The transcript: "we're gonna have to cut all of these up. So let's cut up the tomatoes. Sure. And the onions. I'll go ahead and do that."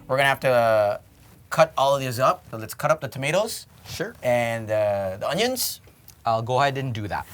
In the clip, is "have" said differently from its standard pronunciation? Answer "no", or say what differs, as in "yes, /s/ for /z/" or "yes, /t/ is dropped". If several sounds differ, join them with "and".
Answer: yes, /f/ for /v/